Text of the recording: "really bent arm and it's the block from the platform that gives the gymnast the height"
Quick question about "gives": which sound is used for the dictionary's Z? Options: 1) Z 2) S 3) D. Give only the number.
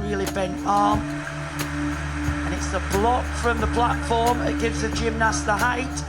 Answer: 1